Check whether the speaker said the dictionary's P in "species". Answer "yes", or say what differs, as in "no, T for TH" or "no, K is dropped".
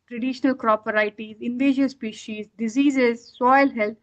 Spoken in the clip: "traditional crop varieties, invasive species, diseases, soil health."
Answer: yes